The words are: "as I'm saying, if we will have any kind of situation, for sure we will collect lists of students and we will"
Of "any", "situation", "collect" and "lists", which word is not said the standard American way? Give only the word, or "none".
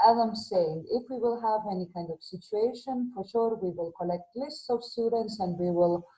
none